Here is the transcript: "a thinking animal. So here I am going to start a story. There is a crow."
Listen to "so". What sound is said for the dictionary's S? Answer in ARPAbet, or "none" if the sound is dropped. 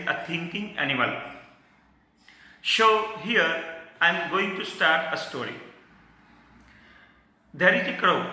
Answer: SH